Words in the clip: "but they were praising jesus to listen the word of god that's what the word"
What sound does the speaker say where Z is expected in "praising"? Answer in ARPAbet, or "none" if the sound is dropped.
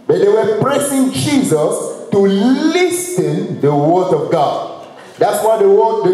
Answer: S